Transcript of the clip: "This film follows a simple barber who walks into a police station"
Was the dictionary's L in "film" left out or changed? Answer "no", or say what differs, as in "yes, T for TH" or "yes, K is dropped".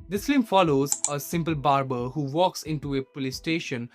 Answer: yes, L is dropped